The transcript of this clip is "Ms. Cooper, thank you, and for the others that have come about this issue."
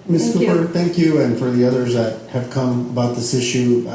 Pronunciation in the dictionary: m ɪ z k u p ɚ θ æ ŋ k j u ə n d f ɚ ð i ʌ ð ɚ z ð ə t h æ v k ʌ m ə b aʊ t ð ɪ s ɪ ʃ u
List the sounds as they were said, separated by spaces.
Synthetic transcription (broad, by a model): m ɪ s k u p ɚ θ æ ŋ k j u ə n f ɚ ð i ʌ ð ɚ z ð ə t h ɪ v k ʌ m ə b aʊ t ð ɪ s ɪ ʃ u